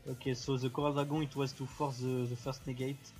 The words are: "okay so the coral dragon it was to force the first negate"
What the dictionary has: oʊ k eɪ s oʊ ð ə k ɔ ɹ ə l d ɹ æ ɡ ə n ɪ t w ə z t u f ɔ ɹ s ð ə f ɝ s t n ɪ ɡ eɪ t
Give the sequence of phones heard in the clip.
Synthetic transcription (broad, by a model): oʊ k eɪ s oʊ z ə k ɔ ɹ ə l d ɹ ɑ ɡ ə ɪ t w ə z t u f ɔ ɹ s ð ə f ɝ s t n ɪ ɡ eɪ t